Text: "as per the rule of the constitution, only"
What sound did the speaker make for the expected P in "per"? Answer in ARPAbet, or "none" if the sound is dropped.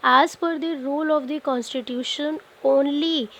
F